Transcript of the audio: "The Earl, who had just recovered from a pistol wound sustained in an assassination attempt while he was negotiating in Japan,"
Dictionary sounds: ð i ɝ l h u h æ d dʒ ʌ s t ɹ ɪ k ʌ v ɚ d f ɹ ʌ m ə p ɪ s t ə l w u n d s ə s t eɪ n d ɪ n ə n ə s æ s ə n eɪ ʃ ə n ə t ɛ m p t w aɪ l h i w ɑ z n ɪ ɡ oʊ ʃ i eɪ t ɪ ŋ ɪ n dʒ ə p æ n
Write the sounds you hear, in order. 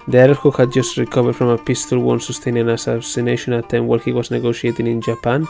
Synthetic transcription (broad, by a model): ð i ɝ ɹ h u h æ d dʒ ʌ s t ɹ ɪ k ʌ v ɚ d f ɹ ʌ m ə p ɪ s t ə l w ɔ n s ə s t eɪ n ɪ n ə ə s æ s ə n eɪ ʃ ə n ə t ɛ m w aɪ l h i w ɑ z n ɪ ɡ oʊ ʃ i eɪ t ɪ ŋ ɪ n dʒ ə p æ n